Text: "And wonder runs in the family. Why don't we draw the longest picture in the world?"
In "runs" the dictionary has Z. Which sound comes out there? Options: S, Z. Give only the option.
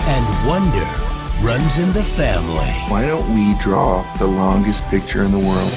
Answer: Z